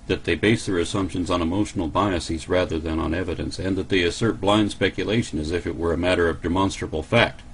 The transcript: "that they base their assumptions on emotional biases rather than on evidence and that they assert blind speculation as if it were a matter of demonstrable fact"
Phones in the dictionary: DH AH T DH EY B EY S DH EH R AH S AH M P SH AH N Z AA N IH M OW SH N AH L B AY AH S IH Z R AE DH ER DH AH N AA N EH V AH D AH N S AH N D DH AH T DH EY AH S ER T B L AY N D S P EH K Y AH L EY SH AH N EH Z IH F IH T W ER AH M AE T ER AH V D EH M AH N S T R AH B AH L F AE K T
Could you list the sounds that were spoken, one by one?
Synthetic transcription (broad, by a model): DH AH T DH EY B EY S DH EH R AH S AH M P SH AH N Z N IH M OW SH N L B AY AH S IH Z R AE DH ER DH AH N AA N EH V AH D AH N S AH N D DH AH T DH EY AH S ER T B L AY N D S P EH K Y AH L EY SH AH N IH Z IH F IH T W ER AH M AE T ER AH V D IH M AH N S T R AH B L F AE K T